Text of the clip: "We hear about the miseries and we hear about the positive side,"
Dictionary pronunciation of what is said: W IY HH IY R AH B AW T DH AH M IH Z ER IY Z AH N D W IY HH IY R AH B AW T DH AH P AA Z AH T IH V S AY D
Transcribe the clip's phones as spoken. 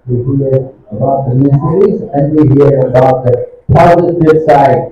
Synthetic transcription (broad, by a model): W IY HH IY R AH B AW T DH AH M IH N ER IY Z AH N D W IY HH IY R AH B AW T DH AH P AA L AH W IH B S AY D